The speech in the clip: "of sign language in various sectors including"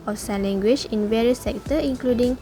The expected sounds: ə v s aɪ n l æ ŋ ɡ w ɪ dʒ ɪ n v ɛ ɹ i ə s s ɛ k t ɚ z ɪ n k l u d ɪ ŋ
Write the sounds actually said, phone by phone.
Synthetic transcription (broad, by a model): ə s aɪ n l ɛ ŋ ɡ w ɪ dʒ ɪ n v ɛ ɹ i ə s s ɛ k t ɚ ɪ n k l u d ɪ ŋ